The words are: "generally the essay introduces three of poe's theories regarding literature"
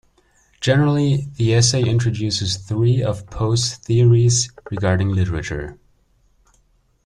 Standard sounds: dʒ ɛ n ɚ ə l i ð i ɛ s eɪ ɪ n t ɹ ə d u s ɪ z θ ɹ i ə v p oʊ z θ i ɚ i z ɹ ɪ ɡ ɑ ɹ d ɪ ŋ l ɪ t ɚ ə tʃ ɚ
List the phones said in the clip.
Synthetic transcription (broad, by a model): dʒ ɛ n ɚ l i ð i ɛ s eɪ ɪ n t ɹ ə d u s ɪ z θ ɹ i ə v p oʊ s θ i ɚ i z ɹ ɪ ɡ ɑ ɹ d ɪ ŋ l ɪ t ɚ ə tʃ ɚ